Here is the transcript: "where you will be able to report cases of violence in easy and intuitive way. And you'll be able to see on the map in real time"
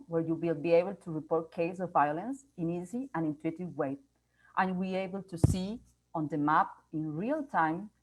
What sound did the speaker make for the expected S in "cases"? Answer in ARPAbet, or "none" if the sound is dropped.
none